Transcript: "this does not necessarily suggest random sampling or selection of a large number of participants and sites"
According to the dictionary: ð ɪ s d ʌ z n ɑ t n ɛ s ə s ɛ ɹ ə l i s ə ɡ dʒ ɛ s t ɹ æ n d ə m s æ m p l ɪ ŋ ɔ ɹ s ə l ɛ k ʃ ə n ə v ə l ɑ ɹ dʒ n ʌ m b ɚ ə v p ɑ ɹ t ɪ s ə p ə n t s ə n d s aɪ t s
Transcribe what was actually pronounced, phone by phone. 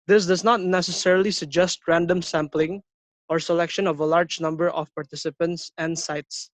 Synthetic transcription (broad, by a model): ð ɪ s d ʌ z n ɑ t n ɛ s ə s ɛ ɹ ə l i s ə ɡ dʒ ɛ s t ɹ æ n d ə m s æ m p l ɪ ŋ ɔ ɹ s ə l ɛ k ʃ ə n ə v ə l ɑ ɹ dʒ n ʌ m b ɚ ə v p ɑ ɹ t ɪ s ə p ə n t s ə n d s aɪ t s